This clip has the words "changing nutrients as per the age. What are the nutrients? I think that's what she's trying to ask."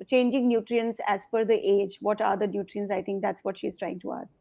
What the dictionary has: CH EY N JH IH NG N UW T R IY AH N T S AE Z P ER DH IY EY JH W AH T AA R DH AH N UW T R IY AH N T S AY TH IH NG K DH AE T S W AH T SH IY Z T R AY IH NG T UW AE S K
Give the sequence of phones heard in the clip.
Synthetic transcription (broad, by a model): CH EY N JH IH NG N UW T R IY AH N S AE Z F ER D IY EY JH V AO T AA R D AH N UW T R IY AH N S AY T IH NG K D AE T S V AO T SH IY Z T R AY IH NG T UW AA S